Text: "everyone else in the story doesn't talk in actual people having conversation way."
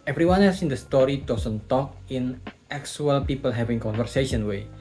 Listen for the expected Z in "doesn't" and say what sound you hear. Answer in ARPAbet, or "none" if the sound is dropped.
S